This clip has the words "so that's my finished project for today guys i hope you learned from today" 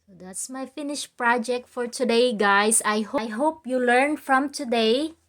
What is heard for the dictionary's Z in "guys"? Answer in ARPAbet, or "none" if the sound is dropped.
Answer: S